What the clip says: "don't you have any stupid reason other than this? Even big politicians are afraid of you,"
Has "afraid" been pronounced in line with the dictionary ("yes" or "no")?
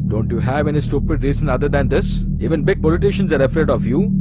no